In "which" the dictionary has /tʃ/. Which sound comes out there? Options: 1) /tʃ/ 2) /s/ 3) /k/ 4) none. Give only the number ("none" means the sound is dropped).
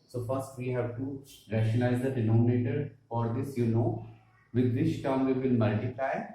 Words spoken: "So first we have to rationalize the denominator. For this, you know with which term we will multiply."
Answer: 2